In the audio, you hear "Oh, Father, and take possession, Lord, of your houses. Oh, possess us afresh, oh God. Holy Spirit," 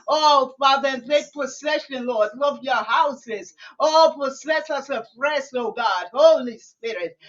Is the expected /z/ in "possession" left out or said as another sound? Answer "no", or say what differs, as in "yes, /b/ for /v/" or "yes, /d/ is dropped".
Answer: yes, /s/ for /z/